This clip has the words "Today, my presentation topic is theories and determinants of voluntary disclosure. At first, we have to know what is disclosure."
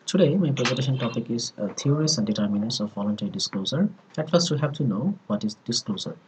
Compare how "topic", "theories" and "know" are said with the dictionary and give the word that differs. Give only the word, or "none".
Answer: theories